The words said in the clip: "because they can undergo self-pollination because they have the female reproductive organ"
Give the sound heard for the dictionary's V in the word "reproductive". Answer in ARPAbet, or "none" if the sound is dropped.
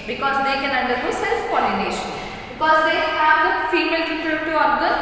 none